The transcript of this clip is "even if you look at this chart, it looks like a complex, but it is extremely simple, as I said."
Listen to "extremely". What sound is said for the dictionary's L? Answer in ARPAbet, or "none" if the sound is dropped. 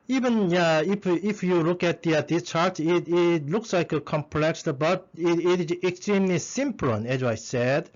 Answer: L